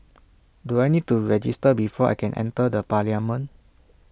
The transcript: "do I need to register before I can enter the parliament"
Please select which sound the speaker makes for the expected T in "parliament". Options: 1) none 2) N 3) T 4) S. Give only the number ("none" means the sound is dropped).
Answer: 1